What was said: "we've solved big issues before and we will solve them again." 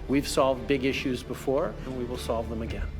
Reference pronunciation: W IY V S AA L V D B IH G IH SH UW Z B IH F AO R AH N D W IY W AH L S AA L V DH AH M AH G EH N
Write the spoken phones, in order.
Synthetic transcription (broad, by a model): W IY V S AA L V D B IH G IH SH UW Z B IH F AO R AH N W IY W AH L S AA L V DH AH M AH G EH N